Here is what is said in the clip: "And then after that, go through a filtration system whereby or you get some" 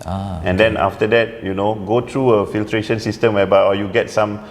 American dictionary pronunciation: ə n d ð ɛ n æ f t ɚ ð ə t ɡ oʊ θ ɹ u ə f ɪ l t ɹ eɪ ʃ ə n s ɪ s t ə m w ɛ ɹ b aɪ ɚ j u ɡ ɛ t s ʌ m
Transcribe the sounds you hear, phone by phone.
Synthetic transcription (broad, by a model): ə n d ɛ n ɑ f t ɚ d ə t ɡ oʊ t ɹ u ə f ɪ l t ɹ eɪ ʃ ə n s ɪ s t ə m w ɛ b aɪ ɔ j u ɡ ɛ t s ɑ m